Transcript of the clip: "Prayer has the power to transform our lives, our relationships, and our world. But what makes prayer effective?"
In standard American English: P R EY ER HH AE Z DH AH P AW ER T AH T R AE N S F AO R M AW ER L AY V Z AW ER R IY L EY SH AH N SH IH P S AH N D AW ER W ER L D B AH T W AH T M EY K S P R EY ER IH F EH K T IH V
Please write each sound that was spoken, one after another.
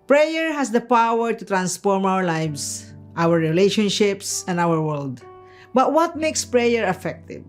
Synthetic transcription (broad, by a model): P R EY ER HH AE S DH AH P AW ER T AH T R AE N S F AO R M AW ER L AY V S AW ER R IY L EY SH AH N SH IH P S AH N D AW ER W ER L D B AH T W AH T M EY K S P R EY ER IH F EH K T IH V